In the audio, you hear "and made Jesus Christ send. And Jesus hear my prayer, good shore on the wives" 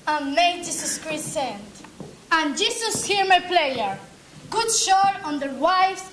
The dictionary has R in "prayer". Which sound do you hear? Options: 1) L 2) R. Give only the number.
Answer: 1